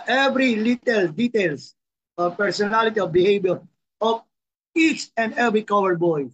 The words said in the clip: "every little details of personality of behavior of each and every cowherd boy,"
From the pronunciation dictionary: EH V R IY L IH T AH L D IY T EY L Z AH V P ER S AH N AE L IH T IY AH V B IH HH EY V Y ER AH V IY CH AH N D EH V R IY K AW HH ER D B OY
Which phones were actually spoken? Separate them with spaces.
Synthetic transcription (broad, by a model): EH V R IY L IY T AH L D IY T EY L S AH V P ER S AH N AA L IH T IY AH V B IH HH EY B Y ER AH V IY CH AH N D EH V R IY K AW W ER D B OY